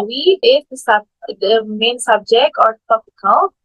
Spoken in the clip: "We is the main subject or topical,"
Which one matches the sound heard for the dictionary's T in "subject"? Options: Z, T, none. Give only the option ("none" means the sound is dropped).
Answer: T